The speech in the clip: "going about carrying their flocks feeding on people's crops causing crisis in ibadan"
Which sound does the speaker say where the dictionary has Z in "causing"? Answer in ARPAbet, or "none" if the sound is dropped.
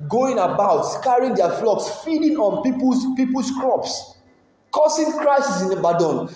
S